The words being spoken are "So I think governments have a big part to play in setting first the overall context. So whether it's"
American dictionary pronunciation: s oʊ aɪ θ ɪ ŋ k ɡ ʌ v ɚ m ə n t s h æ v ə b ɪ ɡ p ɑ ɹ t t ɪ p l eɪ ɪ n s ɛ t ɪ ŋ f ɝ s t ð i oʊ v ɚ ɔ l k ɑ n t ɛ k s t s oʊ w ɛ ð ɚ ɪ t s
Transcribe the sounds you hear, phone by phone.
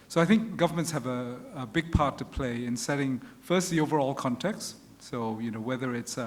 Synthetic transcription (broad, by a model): s oʊ aɪ θ ɪ ŋ k ɡ ʌ v ɚ m ə n t s h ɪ v ə b ɪ ɡ p ɑ ɹ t t ɪ p l eɪ ɪ n s ɛ t ɪ ŋ f ɝ s t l i oʊ v ɚ ɔ l k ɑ n t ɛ k s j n oʊ w ɛ ð ɚ ɪ t s